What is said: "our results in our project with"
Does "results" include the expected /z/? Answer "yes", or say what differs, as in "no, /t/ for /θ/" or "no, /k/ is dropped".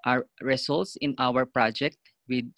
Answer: no, /s/ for /z/